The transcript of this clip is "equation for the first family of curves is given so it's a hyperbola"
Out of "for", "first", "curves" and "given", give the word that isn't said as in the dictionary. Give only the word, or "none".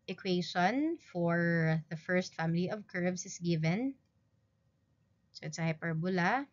curves